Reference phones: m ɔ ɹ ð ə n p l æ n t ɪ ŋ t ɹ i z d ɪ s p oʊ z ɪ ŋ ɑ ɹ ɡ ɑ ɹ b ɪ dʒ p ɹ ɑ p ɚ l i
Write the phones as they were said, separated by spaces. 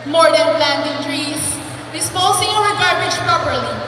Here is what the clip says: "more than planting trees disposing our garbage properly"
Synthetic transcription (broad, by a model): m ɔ ɹ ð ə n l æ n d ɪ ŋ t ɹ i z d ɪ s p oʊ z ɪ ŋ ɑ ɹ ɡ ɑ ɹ ɪ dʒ p ɹ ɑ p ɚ l i